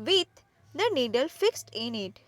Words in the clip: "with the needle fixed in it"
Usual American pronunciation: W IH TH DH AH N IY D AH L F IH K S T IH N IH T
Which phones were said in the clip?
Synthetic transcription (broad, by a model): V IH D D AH N IY D AH L F IH K S T IH N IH T